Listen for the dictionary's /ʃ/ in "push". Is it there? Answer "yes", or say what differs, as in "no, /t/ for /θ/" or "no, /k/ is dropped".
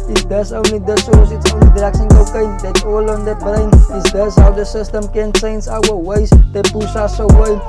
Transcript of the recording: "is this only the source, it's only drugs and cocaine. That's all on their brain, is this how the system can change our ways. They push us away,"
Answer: no, /s/ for /ʃ/